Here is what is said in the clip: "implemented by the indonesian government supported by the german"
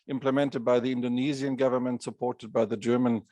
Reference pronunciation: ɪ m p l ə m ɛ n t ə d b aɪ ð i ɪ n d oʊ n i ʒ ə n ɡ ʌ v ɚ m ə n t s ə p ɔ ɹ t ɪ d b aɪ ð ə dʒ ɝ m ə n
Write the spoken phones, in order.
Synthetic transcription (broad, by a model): ɪ m p l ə m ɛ n t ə d b aɪ ð i ɪ n d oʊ n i z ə n ɡ ʌ v ɚ m ə n t s ə p ɔ ɹ t ɪ d b aɪ ð ə dʒ ɝ m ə n